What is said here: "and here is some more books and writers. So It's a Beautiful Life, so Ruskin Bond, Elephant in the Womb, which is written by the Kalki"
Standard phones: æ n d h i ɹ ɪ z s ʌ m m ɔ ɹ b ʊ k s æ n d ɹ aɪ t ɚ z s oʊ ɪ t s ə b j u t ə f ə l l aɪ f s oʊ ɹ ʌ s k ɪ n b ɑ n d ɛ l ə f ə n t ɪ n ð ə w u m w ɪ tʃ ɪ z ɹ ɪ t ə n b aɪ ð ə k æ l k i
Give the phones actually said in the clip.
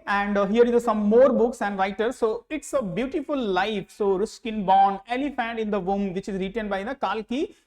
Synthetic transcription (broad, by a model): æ n d h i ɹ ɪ s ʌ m m ɔ ɹ b ʊ k s æ n d ɹ aɪ t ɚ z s oʊ ɪ t s ə b j u t ə f ə l l aɪ f s oʊ ɹ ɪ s k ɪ n b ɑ n ɛ l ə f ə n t ɪ n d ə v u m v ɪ tʃ ɪ z ɹ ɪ t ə n b aɪ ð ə k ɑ l k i